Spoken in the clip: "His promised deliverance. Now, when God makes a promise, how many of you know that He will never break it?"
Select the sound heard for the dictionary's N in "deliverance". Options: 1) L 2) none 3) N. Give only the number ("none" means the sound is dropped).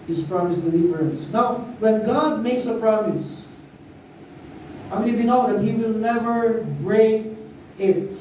2